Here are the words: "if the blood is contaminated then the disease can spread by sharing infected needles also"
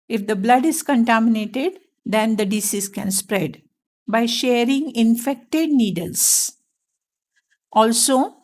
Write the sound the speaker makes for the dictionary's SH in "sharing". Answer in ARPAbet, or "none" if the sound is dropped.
SH